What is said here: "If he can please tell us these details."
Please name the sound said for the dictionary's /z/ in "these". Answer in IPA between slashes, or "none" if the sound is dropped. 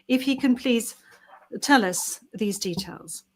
/z/